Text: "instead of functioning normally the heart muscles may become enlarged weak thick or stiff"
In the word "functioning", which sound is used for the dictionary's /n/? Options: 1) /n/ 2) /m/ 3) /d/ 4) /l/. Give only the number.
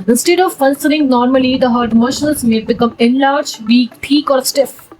4